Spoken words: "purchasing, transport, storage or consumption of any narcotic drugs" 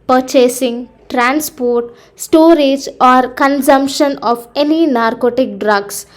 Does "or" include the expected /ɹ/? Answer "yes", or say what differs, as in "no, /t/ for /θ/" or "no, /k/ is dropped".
yes